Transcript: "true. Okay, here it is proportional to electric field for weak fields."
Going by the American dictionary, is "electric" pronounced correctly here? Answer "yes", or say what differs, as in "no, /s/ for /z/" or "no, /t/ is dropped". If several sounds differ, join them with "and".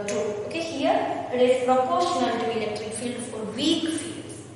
yes